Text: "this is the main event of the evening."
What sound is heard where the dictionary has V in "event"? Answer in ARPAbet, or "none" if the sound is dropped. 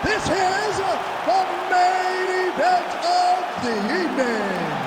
V